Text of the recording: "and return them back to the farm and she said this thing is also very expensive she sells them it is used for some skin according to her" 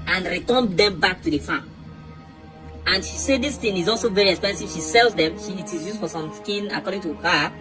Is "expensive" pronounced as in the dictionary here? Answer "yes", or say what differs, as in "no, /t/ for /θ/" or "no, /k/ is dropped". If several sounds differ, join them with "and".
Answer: yes